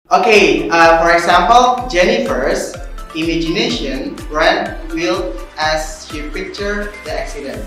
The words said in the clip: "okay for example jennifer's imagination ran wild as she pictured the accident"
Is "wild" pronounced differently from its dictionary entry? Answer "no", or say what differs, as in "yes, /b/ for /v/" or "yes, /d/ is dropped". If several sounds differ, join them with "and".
yes, /d/ is dropped